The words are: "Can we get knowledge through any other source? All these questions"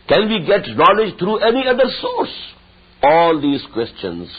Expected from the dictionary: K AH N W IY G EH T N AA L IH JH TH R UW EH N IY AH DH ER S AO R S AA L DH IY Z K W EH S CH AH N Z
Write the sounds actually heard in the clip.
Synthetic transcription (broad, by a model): K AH N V IY G EH T N AA L IH JH T R UW EH N IY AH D ER S AO R S AA L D IY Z K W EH S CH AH N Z